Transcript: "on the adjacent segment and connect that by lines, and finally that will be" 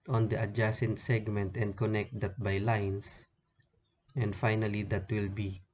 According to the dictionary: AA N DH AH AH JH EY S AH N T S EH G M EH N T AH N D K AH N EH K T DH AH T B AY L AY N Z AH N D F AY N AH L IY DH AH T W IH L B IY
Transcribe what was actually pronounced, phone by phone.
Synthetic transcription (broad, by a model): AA N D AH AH JH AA S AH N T S EH G M EH N T AH N D K AH N EH K T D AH T B AY L AY N S AH N D F AY N AH L IY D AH T W IH L B IY